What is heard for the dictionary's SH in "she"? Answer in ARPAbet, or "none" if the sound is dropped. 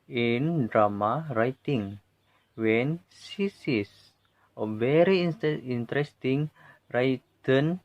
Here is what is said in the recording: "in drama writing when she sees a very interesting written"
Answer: S